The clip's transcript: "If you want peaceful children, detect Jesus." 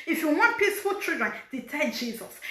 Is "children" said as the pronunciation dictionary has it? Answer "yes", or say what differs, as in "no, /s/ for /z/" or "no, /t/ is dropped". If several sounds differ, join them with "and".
no, /l/ is dropped